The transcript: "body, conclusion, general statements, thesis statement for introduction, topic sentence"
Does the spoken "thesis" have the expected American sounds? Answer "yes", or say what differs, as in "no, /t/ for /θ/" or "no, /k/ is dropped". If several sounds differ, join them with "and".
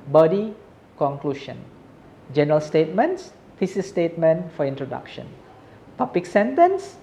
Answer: no, /f/ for /θ/